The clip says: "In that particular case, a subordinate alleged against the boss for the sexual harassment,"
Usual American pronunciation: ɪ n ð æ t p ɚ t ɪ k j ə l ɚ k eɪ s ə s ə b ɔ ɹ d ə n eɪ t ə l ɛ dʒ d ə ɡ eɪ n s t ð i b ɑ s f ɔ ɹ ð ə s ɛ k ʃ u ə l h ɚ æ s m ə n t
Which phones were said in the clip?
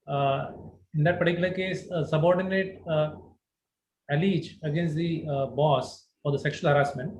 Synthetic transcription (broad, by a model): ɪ n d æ t p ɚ t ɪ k j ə l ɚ k eɪ s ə s ə b ɔ ɹ d ə n eɪ t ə l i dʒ ə ɡ eɪ n s t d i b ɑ s f ɔ ɹ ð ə s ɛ k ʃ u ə l h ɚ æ s m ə n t